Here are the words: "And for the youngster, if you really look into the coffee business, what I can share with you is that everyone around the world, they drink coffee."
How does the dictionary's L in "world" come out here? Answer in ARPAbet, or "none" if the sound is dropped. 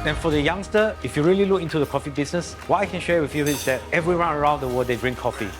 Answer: none